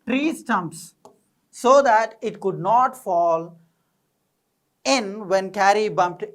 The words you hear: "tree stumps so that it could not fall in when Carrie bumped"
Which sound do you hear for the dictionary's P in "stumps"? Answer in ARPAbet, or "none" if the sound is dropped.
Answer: P